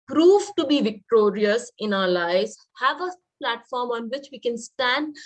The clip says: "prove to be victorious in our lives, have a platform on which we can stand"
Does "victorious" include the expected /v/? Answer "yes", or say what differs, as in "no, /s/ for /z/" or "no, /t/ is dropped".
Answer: yes